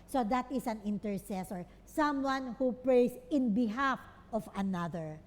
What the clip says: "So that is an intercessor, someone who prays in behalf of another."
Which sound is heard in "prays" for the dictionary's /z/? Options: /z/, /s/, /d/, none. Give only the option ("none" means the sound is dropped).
/s/